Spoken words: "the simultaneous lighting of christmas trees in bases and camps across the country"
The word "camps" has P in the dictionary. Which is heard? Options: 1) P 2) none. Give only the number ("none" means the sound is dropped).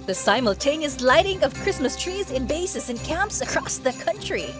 1